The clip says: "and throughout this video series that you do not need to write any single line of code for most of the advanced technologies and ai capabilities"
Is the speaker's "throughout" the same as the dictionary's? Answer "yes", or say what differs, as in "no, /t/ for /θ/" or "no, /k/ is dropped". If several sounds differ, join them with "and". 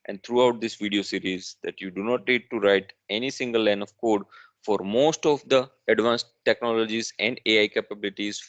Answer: no, /t/ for /θ/